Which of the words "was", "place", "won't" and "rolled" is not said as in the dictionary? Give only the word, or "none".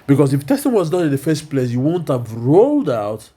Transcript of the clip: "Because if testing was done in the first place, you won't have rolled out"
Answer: none